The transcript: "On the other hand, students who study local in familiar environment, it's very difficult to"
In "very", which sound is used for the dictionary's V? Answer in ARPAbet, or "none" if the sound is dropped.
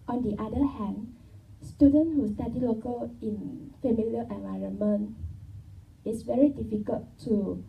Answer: V